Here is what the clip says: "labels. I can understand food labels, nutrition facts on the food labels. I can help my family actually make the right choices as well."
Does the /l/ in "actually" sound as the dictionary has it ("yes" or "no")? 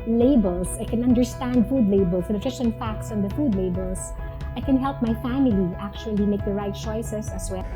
yes